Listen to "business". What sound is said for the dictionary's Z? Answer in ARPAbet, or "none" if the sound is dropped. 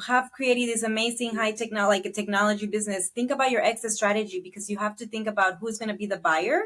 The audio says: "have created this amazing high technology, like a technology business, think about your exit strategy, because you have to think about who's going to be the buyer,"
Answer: Z